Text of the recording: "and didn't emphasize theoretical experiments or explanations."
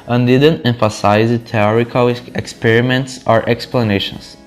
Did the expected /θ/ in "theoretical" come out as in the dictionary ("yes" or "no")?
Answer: no